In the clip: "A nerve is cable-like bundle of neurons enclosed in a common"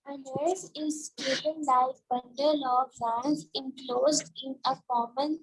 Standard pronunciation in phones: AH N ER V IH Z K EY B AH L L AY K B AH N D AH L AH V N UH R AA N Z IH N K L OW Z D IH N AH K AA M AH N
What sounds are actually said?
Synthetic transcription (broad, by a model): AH N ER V IH Z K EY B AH N L AY K B AH N D AH L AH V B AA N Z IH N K L OW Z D IH N AH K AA M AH N